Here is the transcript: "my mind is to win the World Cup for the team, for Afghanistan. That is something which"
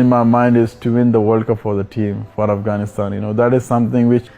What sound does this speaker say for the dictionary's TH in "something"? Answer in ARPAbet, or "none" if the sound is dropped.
T